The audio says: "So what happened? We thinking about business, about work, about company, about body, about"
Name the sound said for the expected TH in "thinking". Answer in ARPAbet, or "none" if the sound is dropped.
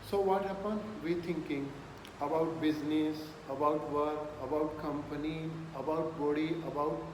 T